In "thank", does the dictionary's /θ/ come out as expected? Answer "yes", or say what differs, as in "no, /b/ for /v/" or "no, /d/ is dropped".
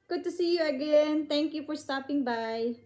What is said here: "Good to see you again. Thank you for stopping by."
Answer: no, /t/ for /θ/